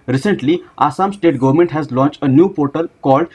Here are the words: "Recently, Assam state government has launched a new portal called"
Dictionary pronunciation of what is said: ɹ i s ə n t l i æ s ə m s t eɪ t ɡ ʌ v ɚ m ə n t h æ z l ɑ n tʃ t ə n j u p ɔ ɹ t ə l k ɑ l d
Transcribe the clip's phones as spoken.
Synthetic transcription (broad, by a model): ɹ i s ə n t l i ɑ s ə m s t eɪ t ɡ ʌ v ɚ m ə n t h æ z l ɑ n tʃ t ə n j u p ɔ ɹ t ə l k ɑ l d